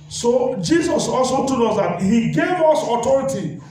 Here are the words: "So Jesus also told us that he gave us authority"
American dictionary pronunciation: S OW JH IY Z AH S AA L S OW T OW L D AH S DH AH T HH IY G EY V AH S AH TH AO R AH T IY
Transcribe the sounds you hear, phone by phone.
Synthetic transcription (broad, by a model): S OW JH IY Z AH S AA L S OW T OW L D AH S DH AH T HH IY G EY V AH S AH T AO R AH T IY